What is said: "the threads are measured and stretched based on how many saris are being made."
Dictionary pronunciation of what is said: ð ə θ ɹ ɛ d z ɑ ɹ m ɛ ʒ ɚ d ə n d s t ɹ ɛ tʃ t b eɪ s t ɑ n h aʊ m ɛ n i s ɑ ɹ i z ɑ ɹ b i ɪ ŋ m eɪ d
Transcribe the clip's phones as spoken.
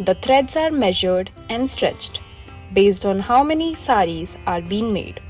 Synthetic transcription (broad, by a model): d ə t ɹ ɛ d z ɑ ɹ m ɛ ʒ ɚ d ə n d s t ɹ ɛ tʃ t b eɪ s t ɑ n h aʊ m ɛ n i s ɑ ɹ i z ɑ ɹ b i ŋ m eɪ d